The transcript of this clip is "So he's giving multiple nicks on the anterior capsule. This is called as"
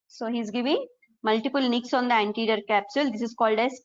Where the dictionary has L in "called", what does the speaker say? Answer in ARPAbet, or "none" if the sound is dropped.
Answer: L